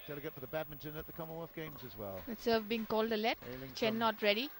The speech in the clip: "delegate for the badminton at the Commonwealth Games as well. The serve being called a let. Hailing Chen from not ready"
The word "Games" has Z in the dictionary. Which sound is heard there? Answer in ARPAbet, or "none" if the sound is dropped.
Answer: Z